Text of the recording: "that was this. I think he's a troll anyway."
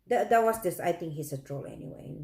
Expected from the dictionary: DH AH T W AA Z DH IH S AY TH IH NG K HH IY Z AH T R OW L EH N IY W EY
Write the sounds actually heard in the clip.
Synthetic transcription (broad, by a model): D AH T W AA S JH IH S AY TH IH NG K HH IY S AH T R OW L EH N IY W EY